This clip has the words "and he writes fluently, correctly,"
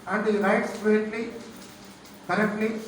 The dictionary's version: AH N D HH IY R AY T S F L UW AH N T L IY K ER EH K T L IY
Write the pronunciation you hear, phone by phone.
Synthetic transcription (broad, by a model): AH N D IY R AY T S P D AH T L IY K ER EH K T L IY